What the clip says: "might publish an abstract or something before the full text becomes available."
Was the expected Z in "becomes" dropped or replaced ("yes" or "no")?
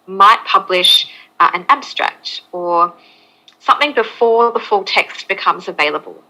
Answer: no